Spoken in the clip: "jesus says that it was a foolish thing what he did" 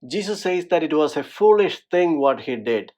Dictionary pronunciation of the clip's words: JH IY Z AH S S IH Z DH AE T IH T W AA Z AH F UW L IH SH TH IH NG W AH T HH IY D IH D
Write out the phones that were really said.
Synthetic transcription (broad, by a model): JH IY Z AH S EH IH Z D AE T IH T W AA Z AH F UW L IH SH T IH NG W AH T HH IY D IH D